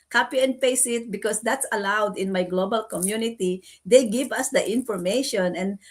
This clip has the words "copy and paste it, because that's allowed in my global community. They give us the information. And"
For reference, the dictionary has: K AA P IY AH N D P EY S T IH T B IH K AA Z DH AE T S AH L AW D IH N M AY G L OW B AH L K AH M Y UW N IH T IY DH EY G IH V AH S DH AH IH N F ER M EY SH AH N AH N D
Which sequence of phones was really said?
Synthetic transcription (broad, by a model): K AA P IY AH N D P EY S IH T B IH K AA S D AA T S AH L AW D IH N M AY G L OW B AH L K AH M Y UW N IH T IY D EY G IH V AH S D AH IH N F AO M EY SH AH N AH N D